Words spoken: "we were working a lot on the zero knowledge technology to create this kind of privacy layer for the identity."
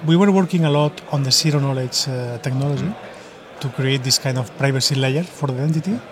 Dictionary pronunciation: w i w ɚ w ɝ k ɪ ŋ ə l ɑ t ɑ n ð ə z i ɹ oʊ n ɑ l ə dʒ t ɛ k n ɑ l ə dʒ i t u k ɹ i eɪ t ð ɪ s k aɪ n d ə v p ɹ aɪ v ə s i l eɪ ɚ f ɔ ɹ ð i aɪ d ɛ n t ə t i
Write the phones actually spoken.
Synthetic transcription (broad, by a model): w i w ɚ w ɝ k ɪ ŋ ə l ɑ t ɑ n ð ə s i ɹ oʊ n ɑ l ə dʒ t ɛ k n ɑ l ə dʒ i t u k ɹ i eɪ t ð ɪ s k aɪ n d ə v p ɹ aɪ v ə s i l eɪ ɚ f ɔ ɹ ð i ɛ n t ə t i